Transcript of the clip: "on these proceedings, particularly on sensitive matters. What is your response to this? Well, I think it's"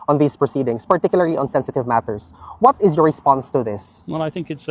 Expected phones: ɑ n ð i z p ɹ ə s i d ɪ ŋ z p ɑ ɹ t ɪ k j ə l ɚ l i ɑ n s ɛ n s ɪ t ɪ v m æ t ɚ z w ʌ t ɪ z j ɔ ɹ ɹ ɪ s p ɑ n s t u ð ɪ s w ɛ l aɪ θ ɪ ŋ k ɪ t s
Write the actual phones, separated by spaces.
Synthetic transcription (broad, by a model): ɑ n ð i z p ɹ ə s i d ɪ ŋ s p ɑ ɹ t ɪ k j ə l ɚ l i ɑ n s ɛ n s ɪ t ɪ v m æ t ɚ s w ʌ t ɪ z j ɔ ɹ ɹ ɪ s p ɑ n s t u ð ɪ s w ɛ l aɪ θ ɪ ŋ k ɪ t s